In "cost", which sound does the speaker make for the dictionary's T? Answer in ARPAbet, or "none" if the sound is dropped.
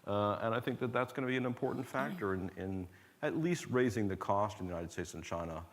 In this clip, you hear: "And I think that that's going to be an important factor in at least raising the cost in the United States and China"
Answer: T